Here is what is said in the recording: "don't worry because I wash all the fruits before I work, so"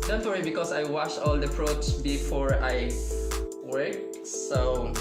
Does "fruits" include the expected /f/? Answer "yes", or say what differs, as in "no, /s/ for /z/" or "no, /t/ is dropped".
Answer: no, /p/ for /f/